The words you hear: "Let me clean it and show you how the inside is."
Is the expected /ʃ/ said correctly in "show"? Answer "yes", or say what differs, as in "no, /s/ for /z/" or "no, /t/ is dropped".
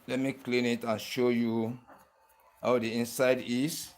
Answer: yes